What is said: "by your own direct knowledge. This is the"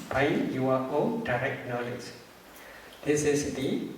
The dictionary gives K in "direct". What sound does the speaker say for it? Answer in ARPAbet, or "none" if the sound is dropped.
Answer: K